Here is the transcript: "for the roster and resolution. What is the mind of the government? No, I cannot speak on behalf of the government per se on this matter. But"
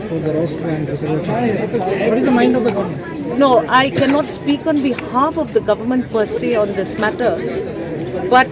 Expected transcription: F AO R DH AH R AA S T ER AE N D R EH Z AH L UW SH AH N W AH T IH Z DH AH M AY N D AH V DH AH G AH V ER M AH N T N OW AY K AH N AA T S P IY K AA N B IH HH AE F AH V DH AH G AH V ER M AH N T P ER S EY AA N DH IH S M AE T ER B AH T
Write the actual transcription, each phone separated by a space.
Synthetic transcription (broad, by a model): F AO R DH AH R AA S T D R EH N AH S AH AH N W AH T IH Z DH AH M AY N D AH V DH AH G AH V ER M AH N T N OW AY K AH N AA T S P IY K AA N B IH HH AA F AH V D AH G AH V ER M AH N T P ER S EY AA N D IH S M AE T ER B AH T